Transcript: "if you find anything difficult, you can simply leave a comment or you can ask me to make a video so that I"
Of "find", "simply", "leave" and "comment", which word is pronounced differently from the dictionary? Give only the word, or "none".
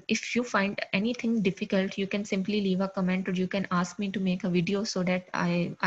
none